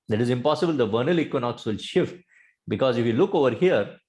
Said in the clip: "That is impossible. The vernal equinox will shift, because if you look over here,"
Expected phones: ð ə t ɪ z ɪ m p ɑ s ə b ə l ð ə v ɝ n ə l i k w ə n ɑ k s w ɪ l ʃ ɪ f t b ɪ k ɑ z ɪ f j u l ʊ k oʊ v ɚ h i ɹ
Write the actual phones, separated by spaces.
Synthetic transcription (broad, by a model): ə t ɪ z ɪ m p ɑ s ə b ə l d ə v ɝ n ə l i k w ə n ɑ k s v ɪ l ʃ ɪ f t b ɪ k ɑ z ɪ f j u l ʊ k oʊ v ɚ h i ɹ